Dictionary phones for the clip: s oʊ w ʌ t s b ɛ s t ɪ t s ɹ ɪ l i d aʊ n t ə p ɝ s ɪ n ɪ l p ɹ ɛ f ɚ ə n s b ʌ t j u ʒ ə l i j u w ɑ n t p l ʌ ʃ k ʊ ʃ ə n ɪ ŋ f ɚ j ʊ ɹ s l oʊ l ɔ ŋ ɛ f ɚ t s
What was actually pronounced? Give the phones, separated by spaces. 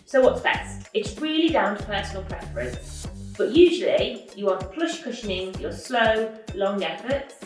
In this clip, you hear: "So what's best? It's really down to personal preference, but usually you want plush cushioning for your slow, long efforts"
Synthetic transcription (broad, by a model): s oʊ w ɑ t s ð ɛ t ɪ t s ɹ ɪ l i d aʊ n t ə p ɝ s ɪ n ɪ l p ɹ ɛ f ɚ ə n b ʌ t j u ʒ ə l i j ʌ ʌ p l ʌ ʃ k ʊ ʃ ə n ɪ ŋ j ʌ s l oʊ l ɔ ŋ ɛ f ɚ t